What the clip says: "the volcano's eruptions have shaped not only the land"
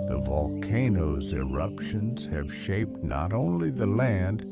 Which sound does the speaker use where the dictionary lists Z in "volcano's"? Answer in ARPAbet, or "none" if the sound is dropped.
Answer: Z